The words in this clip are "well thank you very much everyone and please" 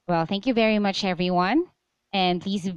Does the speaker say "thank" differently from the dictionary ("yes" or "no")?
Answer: no